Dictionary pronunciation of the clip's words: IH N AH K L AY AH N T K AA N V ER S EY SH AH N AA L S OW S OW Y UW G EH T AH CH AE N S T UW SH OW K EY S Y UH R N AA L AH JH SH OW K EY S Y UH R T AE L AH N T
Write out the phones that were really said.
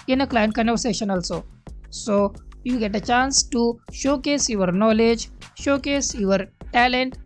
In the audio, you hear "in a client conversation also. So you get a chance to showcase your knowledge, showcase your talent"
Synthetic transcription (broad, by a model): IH N AH K L AY AH N T K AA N ER S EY SH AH N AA L S OW S OW Y UW G EH T AH CH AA N S T UW SH OW K EY S Y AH R N AA L AH JH SH OW K EY S Y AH R T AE L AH N T